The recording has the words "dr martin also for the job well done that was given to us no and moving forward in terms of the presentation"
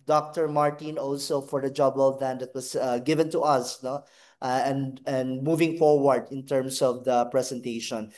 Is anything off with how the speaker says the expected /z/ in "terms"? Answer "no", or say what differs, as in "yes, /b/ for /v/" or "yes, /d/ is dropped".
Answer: yes, /s/ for /z/